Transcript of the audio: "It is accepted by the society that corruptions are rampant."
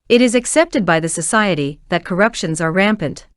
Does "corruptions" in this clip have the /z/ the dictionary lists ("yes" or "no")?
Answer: yes